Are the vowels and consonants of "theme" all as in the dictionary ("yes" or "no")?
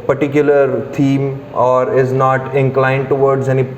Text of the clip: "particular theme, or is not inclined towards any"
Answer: no